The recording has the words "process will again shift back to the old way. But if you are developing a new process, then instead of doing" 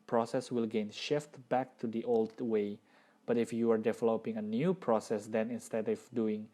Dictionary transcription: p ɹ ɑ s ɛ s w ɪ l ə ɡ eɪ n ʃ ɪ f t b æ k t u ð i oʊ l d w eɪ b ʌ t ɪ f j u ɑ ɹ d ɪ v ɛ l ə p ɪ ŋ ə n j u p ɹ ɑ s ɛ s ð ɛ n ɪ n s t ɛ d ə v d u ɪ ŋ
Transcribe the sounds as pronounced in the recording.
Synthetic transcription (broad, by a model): p ɹ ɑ s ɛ s w ɪ l ɡ eɪ n ʃ ɪ f t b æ k t u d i oʊ l d w eɪ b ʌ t ɪ f j u ɑ ɹ d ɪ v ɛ l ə p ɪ ŋ ə n j u p ɹ ɑ s ɛ s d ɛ n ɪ n s t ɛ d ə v d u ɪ ŋ